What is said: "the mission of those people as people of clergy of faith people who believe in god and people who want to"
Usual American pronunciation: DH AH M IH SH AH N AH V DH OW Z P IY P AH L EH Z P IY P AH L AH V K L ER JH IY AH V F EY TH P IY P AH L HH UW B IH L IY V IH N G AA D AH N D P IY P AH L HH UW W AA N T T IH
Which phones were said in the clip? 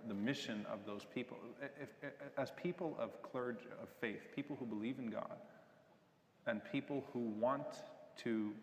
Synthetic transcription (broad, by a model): DH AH M IH SH AH N AH V DH OW Z P IY P L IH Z P IY P L AH V K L ER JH AH V F EY TH P IY P L HH UW B IH L IY V IH N G AA D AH N P IY P L HH UW W AA N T T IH